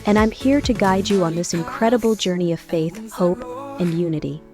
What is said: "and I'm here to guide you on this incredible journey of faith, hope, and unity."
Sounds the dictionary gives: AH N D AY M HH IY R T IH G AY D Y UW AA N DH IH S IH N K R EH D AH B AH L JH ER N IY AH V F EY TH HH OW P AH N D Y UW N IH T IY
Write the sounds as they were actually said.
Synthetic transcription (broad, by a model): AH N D AY M HH IY R T IH G AY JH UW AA N DH IH S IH N K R EH D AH B L JH ER N IY AH V F EY TH HH OW P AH N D Y UW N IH T IY